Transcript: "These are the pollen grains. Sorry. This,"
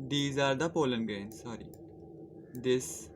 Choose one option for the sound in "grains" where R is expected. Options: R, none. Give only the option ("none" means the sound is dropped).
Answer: none